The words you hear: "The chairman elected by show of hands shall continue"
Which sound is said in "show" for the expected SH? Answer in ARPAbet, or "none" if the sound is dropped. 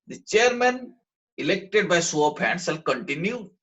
S